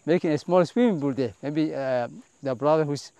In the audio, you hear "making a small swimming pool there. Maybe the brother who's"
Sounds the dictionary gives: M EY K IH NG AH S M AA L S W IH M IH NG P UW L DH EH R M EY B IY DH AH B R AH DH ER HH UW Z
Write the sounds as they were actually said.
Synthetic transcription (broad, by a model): M EY K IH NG AH S M AA L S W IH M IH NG B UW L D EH M EY B IY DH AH B R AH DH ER HH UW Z